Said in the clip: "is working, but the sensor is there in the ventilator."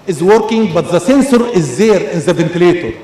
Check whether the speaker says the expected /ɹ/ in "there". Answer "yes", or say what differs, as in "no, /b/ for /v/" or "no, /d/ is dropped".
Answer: yes